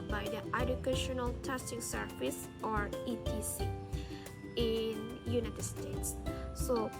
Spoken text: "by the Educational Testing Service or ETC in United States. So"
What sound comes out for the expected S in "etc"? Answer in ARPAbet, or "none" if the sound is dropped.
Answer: none